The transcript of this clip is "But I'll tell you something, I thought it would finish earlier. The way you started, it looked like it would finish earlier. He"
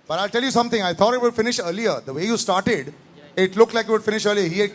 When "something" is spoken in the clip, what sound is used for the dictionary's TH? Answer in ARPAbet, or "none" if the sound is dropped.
T